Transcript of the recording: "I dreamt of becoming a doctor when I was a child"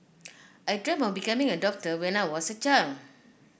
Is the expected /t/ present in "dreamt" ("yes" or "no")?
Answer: no